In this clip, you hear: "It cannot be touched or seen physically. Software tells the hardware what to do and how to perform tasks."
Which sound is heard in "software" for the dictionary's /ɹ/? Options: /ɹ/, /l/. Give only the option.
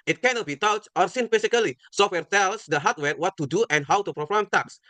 /ɹ/